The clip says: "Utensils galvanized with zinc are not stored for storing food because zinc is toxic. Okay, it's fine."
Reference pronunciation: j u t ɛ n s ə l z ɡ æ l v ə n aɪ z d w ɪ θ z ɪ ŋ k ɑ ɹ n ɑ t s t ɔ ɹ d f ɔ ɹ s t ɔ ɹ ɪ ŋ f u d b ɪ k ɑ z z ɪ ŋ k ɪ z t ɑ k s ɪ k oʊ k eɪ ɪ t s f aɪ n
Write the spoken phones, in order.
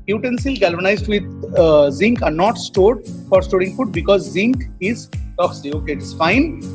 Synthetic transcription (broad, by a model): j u t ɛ n s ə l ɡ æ l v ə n aɪ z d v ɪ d z ɪ ŋ k ɑ ɹ n ɑ t s t ɔ ɹ d f ɔ ɹ s t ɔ ɹ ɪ ŋ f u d b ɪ k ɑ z z ɪ ŋ k ɪ z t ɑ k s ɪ oʊ k eɪ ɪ t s f aɪ n